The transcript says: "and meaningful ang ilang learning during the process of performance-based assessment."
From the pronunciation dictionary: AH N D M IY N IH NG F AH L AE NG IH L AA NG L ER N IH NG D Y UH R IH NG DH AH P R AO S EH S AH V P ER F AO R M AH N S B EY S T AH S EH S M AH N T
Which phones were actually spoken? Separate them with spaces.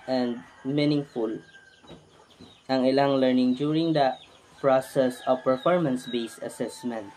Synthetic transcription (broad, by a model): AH N D M IY N IH NG F AH L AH NG IH L AA NG L ER N IH NG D Y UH R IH NG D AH P R AO S EH S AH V P ER F AO R M AH N S B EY S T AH S EH S M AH N T